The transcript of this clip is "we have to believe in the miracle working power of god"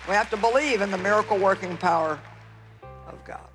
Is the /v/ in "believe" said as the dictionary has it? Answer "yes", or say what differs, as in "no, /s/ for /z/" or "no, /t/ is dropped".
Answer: yes